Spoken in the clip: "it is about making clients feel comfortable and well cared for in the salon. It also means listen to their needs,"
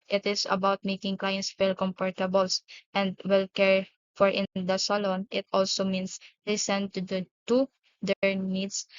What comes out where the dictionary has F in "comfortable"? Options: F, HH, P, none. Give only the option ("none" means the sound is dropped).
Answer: P